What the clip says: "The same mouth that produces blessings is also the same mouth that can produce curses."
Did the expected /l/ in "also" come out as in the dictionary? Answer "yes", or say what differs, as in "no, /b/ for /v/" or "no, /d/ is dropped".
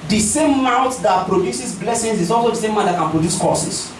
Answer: yes